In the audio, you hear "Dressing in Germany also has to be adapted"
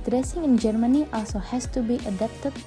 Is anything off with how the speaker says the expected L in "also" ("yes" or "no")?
yes